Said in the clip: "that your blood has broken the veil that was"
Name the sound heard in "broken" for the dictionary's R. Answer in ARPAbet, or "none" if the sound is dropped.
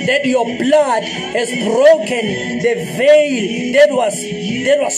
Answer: R